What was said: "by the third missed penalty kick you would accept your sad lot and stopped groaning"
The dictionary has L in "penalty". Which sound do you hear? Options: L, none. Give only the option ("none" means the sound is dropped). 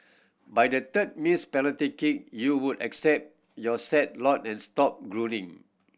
none